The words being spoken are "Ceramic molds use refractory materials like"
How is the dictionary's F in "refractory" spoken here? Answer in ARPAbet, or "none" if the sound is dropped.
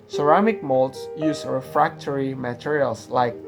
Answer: F